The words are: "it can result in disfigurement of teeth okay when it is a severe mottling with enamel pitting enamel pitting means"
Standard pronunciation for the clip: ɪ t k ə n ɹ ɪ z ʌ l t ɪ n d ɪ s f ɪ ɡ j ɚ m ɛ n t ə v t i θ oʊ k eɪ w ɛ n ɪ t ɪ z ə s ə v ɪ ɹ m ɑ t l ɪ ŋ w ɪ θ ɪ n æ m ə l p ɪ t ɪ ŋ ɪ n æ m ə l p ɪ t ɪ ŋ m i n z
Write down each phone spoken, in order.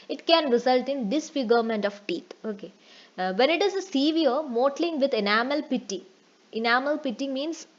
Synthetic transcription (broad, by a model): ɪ t k ə n ɹ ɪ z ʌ l t ɪ n d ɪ s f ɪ ɡ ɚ m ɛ n t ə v t i t oʊ k eɪ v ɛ n ɪ t ɪ z ə s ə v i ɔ m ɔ t l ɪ ŋ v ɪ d ɪ n æ m ə l p ɪ t ɪ ŋ ɪ n æ m ə l p ɪ t ɪ ŋ m i n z